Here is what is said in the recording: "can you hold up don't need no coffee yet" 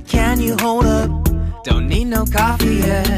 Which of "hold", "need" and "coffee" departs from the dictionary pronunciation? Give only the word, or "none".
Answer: none